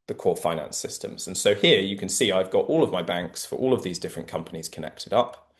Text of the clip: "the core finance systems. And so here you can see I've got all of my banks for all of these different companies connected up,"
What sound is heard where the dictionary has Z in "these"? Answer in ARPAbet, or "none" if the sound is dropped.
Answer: Z